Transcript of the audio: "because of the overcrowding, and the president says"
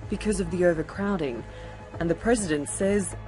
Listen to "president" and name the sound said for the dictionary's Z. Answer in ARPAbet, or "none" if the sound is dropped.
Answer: Z